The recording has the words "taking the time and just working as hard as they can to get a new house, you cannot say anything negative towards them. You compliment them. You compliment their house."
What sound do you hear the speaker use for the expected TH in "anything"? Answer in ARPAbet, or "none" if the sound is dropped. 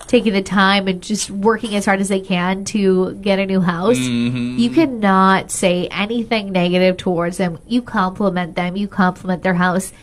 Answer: TH